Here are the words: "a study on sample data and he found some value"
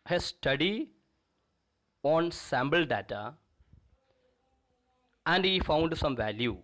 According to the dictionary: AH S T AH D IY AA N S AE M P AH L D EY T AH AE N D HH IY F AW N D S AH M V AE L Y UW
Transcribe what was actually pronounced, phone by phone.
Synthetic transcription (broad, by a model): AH S T AH D IY AA N S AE M B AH L D EY T AH AE N D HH IY F AW N D S AH M V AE L Y UW